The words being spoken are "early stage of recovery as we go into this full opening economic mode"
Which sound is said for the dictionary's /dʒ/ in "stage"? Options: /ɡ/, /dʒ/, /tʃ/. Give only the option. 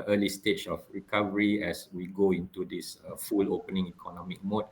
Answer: /tʃ/